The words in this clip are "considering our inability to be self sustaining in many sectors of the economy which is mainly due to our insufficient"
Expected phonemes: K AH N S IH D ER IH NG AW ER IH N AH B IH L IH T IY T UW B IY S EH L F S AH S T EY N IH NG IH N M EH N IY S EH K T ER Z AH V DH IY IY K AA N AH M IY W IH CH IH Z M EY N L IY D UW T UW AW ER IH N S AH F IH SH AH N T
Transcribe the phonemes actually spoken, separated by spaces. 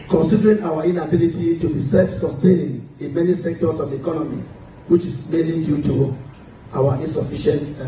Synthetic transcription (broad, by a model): K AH N S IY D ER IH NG AW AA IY N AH B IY L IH T IY T UW B IY S EH L F S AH S T EY N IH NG IH N M EH N IY S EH K T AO S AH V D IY IY K AA N AH M IY W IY CH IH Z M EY L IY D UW T UW AW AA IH N S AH F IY SH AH N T